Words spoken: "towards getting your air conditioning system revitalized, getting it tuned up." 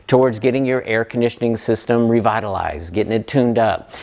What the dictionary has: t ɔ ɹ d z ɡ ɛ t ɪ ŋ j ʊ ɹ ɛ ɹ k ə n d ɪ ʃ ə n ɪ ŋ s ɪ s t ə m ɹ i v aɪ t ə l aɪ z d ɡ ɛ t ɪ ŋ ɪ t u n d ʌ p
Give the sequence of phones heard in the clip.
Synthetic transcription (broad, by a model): t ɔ ɹ d z ɡ ɛ t ɪ ŋ j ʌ ɹ ɛ ɹ k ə n d ɪ ʃ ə n ɪ ŋ s ɪ s t ə m ɹ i v aɪ t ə l aɪ z ɡ ɛ t ɪ ŋ ɪ t u n d ʌ p